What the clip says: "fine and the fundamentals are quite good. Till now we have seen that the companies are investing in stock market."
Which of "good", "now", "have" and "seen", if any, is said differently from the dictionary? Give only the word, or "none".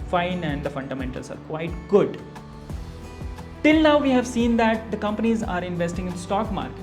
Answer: none